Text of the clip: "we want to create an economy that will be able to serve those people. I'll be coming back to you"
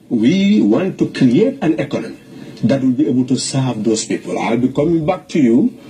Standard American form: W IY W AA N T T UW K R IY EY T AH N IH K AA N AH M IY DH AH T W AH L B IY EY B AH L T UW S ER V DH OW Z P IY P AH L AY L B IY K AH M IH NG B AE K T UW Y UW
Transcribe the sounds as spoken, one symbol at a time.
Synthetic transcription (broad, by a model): W IY W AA N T T UW K R IY EY T AH N IH K AA N AH M IY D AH T W AH L B IY EY B AH L T UW S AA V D OW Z P IY P AH L AY L B IY K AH M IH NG B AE K T UW Y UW